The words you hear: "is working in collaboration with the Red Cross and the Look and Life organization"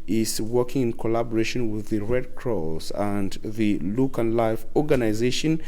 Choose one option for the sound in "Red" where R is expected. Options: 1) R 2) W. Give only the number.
1